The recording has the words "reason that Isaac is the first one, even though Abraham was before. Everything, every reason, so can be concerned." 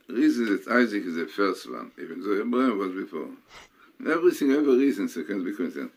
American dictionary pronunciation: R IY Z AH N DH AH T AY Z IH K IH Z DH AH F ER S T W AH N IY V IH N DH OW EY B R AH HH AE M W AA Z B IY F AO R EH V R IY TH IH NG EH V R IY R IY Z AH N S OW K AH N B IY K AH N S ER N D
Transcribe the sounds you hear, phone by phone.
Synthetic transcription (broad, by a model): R IY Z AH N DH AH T AY Z IH K IH Z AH F ER S T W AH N IY V IH N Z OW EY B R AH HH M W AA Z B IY F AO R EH V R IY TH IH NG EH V IY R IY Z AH N S OW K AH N B IY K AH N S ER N